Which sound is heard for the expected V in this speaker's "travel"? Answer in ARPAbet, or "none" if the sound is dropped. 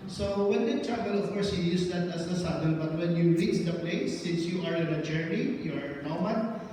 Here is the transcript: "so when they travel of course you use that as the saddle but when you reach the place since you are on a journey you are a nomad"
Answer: P